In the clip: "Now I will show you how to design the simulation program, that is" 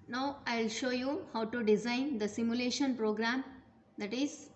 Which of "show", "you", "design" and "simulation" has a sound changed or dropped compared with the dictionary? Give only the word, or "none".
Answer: none